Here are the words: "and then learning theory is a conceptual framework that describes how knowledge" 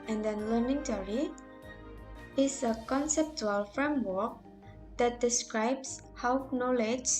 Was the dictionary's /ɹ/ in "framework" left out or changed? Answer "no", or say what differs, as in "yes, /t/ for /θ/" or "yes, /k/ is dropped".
no